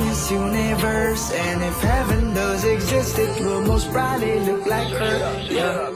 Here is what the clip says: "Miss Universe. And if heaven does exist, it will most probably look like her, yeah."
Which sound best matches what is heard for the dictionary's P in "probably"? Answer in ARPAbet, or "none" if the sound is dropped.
B